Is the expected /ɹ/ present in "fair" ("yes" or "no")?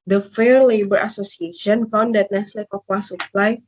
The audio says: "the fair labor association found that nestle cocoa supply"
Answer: yes